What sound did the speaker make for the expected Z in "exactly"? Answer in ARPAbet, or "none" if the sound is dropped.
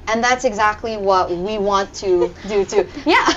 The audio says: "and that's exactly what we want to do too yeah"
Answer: Z